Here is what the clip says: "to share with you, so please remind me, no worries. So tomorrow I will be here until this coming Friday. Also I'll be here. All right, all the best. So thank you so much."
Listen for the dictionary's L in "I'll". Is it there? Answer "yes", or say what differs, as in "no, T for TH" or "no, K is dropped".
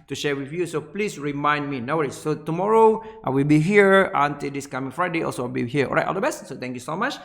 no, W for L